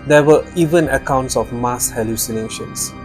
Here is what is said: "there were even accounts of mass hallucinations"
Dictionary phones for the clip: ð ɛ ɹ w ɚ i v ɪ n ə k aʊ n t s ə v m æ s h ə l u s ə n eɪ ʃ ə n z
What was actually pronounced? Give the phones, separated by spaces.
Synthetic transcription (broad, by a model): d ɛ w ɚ i v ɪ n ə k aʊ n t s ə f m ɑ s h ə l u s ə n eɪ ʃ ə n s